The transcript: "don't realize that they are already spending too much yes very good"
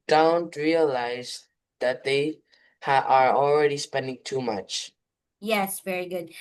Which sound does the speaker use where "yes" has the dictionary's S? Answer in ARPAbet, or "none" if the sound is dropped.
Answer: S